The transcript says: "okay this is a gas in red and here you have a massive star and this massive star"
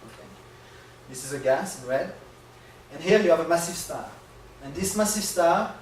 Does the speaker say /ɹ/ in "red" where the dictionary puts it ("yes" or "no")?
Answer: no